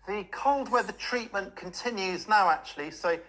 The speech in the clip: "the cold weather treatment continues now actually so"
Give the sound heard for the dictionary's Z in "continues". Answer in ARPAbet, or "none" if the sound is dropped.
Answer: Z